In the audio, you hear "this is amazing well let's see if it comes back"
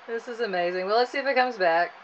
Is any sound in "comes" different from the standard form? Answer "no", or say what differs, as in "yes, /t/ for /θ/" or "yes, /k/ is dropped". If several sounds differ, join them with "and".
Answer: no